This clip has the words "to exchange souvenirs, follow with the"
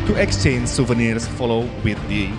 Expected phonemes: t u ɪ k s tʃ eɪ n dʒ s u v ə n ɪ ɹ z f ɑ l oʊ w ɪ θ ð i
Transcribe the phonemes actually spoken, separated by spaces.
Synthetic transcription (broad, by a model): t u ɪ k s tʃ eɪ n dʒ s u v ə n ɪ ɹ s f ɑ l oʊ w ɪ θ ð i